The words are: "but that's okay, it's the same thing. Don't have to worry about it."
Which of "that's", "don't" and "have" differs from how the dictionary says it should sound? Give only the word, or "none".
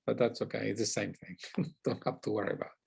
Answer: have